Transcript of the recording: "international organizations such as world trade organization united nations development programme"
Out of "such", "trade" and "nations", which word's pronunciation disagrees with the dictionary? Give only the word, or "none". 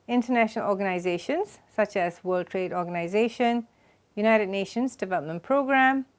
none